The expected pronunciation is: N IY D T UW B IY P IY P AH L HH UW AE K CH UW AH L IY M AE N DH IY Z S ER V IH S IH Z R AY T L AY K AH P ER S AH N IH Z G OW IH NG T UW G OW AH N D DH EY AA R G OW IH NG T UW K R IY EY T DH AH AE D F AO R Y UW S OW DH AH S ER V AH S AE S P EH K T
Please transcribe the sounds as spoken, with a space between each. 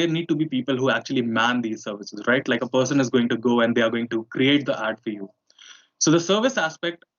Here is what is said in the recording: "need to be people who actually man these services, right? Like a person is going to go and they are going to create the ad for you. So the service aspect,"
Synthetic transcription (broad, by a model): N IY D T UW B IY P IY P AH L HH UW AE K CH UW AH L IY M AE N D IY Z S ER V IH S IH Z R AY T L AY K AH P ER S AH N IH Z G OW IH NG T UW G OW AH N D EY AA R G OW IH NG T UW K R IY EY T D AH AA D F AO R Y UW S OW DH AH S ER V AH S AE S P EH K T